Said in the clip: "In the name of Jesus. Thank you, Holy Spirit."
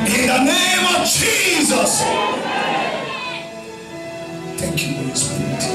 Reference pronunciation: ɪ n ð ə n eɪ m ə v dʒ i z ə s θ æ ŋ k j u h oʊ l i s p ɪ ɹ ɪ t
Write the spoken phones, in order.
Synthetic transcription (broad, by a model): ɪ n ð ə n eɪ m ə v dʒ i z ə s θ æ ŋ k j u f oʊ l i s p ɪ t